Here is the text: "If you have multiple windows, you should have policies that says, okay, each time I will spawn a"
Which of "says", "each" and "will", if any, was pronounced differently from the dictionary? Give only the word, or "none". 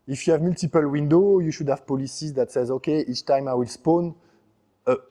none